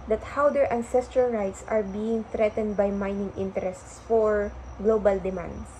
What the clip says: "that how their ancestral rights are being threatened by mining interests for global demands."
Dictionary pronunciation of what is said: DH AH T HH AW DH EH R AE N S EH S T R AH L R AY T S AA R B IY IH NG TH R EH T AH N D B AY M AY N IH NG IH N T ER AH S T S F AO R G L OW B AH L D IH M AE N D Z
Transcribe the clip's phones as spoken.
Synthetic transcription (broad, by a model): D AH T HH AW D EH R AE N S EH S T R AH L R AY T S AA R B IY IH NG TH R EH T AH N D B AY M AY N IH NG IH N T ER AH S T S F AO R G L OW B AH L D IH M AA N D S